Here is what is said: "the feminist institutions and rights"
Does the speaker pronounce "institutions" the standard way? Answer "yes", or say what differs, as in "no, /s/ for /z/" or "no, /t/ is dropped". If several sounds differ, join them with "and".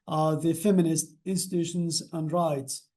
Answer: yes